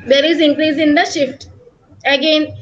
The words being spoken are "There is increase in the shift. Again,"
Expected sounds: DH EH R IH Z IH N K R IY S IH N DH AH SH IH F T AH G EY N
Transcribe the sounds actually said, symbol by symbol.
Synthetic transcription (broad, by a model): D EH R IH Z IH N K R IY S IH N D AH SH IH F T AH G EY N